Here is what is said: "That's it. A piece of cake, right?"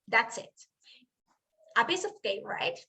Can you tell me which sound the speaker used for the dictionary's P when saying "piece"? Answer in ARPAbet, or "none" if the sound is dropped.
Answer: B